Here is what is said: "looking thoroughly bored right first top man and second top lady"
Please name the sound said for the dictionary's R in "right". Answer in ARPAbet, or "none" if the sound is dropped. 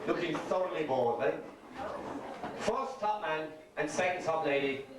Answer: L